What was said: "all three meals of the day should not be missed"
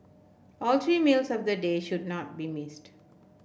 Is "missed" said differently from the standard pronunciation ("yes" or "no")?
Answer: no